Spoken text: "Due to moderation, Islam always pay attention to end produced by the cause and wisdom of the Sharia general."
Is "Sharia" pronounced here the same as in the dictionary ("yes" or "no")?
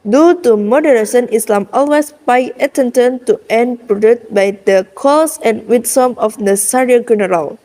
no